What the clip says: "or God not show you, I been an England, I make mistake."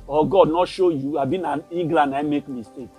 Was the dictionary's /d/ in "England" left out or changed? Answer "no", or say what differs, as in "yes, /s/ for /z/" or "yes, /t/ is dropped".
yes, /d/ is dropped